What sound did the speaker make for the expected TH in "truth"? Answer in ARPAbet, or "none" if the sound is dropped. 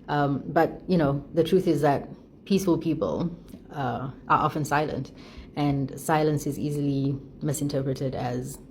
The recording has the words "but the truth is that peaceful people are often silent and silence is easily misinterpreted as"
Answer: TH